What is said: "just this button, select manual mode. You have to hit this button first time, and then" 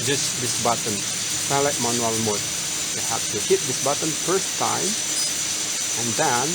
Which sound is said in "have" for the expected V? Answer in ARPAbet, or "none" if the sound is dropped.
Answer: P